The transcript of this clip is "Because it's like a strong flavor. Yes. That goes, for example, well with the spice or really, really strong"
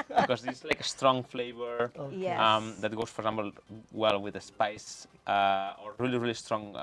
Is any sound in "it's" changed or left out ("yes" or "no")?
yes